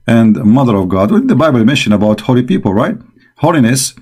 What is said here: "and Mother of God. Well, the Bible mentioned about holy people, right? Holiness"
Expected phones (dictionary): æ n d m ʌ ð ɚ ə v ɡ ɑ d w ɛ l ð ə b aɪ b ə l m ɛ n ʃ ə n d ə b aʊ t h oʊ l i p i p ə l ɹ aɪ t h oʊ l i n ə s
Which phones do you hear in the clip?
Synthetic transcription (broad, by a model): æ n d m ʌ ð ɚ ə v ɡ ɑ d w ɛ ð ə b aɪ b ə l m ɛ n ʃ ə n ə b aʊ t h oʊ l i p i p ə l ɹ aɪ t h oʊ l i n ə s